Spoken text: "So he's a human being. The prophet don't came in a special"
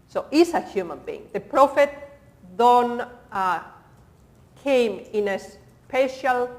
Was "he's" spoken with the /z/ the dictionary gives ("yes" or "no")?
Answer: no